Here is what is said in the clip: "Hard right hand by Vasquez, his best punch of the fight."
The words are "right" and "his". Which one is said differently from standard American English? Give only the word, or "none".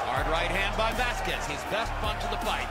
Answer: none